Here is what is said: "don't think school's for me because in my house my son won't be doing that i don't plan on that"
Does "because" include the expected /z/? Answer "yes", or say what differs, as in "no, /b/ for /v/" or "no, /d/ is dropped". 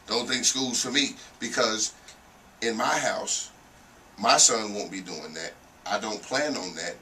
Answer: yes